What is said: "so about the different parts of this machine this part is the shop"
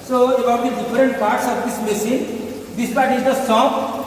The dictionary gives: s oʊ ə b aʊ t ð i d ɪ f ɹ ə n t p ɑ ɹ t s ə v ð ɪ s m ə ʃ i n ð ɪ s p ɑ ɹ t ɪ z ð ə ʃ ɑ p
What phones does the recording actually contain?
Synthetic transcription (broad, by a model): s oʊ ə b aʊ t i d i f ɹ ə n t p ɑ ɹ t s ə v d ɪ s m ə s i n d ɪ s p ɑ ɹ t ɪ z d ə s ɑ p